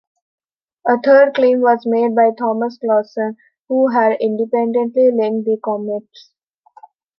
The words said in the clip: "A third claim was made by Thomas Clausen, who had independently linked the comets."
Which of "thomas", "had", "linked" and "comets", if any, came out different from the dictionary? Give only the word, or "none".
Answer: linked